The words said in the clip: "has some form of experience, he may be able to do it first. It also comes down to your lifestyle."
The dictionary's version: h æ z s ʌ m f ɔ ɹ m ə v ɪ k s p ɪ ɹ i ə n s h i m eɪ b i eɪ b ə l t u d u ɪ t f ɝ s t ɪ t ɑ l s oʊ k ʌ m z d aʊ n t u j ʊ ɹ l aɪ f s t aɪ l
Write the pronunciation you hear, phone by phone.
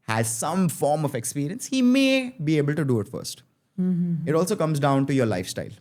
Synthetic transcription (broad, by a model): h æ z s ʌ m f ɔ ɹ m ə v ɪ k s p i ɹ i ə n s h i m eɪ b i eɪ b ə l t u d u ɪ t f ɝ s t ɪ t ɑ l s oʊ k ʌ m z d aʊ n t u j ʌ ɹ l aɪ f s t aɪ l